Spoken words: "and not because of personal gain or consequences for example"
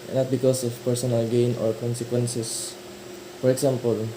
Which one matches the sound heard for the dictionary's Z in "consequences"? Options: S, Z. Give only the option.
S